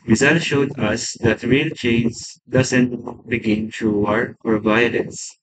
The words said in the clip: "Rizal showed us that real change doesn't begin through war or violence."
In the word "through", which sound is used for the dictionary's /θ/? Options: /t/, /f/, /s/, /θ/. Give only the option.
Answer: /t/